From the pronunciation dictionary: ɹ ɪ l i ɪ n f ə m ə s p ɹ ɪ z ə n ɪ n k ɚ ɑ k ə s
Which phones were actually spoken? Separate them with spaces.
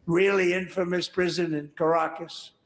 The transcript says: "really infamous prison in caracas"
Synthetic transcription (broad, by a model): ɹ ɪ l i ɪ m f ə m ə s p ɹ ɪ z ə n ɪ n k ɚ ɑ k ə s